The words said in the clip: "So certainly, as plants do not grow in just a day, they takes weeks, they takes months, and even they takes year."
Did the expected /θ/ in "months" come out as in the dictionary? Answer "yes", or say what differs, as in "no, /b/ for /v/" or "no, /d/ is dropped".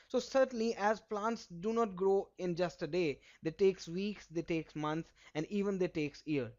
no, /t/ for /θ/